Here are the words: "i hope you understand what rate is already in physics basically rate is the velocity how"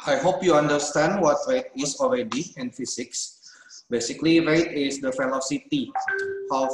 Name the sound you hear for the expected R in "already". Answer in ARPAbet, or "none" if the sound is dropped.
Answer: R